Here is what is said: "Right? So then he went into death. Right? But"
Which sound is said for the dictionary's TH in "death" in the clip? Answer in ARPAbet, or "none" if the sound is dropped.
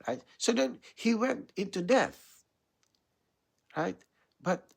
TH